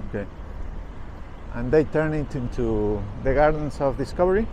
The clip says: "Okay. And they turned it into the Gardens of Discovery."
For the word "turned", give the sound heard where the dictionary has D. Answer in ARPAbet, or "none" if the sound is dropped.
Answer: none